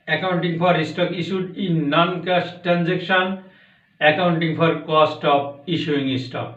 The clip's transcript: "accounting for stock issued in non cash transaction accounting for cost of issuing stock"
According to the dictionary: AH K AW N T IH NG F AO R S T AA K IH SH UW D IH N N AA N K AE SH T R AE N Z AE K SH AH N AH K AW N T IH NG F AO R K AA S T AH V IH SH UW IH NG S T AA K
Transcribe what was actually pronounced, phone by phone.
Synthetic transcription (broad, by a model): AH K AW N T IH NG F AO R S T AA K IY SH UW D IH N N AA N K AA S T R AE N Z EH K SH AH N AH K AW N T IH NG P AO R K AA S T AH P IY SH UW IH NG S T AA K